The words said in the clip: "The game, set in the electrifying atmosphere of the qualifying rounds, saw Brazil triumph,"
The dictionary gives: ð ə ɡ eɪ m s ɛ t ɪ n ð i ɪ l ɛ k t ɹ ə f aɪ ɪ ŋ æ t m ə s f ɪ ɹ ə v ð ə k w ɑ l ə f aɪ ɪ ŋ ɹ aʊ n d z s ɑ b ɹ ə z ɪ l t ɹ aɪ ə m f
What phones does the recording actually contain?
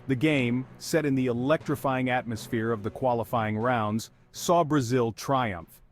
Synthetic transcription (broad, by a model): ð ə ɡ eɪ m s ɛ t ɪ n ð i ɪ l ɛ k t ɹ ə f aɪ ɪ ŋ æ t m ə s f ɪ ɹ ə v ð ə k w ɑ l ə f aɪ ɪ ŋ ɹ aʊ n d z s ɑ b ɹ ə z ɪ l t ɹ aɪ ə m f